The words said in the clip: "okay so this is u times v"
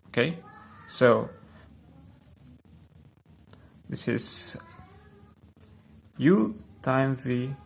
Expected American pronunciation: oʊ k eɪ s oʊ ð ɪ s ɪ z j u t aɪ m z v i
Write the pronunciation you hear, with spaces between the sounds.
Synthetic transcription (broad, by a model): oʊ k eɪ s oʊ ð ɪ s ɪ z j u t aɪ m v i